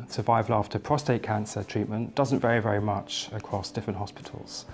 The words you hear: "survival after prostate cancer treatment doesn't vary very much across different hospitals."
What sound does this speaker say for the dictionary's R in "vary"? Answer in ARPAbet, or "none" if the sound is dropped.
R